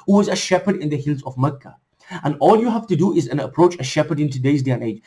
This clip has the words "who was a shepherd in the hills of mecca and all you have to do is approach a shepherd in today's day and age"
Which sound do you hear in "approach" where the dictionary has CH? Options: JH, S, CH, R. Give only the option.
CH